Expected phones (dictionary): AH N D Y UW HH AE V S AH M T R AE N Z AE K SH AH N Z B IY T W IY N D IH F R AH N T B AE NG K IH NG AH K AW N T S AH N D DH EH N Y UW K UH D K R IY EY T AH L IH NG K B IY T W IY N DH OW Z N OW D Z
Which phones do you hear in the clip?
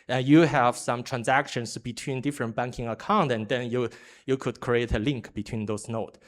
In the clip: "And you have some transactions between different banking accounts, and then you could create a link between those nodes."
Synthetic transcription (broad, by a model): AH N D Y UW HH AE V S AH M T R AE N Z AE K SH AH N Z B IY T W IY N D IH F R AH N T B AE NG K IH NG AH K AW N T AH N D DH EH N Y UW K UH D K R IY EY T AH L IH NG K B IY T W IY N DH OW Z N OW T